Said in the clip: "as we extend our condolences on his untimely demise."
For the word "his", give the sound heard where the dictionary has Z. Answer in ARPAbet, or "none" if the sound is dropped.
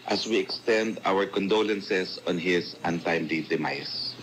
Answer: S